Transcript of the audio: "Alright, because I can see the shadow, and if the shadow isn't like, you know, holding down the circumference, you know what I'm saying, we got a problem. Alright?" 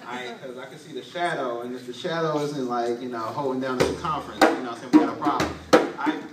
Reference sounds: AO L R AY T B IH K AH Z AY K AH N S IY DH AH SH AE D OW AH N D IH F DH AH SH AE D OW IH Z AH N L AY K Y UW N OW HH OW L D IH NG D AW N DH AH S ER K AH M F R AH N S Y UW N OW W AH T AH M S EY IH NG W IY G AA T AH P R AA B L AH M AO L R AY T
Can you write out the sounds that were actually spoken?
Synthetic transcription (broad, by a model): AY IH K AH Z AY K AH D S IY DH AH SH AE D OW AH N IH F DH AH SH AE D OW IH Z AH N L AY K Y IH N OW HH OW L D IH NG D AW N DH AH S K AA M F R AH N S Y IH N OW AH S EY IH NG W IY G AA T AH P R AA B L AH M AY